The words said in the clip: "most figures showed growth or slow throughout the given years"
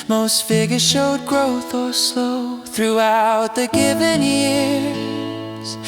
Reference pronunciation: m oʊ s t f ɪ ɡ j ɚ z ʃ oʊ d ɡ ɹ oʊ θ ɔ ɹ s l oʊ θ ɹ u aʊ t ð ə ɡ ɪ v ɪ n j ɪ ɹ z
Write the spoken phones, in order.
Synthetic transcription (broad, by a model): m oʊ s t f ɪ ɡ j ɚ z ʃ oʊ d ɡ ɹ oʊ θ ɔ l s oʊ θ ɹ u aʊ t ð ə ɡ ɪ v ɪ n j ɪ ɹ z